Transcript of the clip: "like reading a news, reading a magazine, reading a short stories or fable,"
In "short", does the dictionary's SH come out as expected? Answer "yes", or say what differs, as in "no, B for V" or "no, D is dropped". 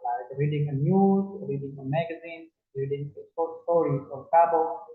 no, S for SH